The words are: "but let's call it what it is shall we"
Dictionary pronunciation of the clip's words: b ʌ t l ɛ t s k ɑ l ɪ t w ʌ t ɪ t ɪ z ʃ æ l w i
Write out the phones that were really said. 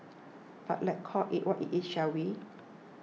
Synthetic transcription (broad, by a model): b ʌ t l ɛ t k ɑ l ɪ t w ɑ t ɪ t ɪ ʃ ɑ w i